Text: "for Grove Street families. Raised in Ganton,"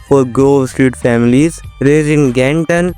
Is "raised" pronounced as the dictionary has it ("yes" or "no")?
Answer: no